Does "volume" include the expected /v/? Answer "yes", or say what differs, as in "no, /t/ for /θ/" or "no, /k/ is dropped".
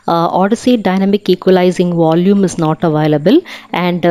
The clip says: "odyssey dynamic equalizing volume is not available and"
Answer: yes